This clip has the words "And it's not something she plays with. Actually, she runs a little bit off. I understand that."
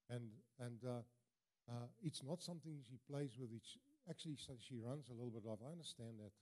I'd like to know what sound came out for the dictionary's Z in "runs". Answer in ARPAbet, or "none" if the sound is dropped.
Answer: Z